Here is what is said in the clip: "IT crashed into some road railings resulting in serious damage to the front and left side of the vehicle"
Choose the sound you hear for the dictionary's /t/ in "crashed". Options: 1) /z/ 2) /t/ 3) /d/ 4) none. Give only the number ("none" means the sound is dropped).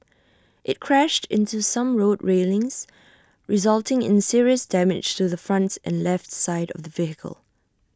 2